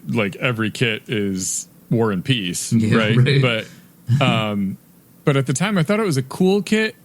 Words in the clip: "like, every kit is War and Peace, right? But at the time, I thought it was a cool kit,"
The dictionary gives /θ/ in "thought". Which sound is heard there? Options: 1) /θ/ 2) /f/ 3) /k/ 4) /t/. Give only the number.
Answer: 1